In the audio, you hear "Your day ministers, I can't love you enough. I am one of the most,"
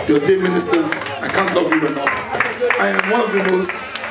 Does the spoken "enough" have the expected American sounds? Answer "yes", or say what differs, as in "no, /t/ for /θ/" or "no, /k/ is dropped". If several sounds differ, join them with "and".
no, /f/ is dropped